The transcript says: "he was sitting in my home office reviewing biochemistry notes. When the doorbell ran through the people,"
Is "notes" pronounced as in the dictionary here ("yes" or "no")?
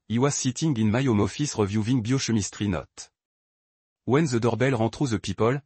no